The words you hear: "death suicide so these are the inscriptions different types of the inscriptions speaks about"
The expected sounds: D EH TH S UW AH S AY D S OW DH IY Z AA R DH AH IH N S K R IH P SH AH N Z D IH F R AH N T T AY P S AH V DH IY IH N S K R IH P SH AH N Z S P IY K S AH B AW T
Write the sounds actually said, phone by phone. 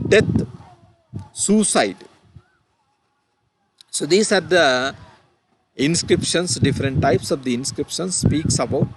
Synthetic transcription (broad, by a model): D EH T S UW S AY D S OW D IY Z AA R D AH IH N S K R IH P SH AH N S D IH F R AH N T T AY P S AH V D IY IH N S K R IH P SH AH N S S P IY K S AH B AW T